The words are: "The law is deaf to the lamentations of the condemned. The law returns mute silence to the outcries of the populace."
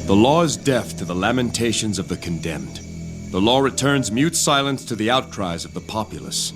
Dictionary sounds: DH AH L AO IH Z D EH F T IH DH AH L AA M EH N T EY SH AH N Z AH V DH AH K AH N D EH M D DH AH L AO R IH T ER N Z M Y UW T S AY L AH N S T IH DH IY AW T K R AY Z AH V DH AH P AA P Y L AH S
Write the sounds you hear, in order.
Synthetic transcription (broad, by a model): DH AH L AO IH Z D EH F T IH DH AH L AA M EH N T EY SH AH N Z AH V DH AH K AH N D EH M D DH AH L AO R IH T ER N Z M Y UW T S AY L AH N S T IH DH IY AW T K R AY Z AH V DH AH P AA P Y L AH S